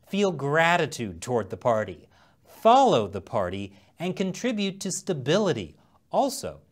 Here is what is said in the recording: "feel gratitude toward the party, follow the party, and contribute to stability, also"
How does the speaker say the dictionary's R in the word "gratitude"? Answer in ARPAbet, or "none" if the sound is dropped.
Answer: R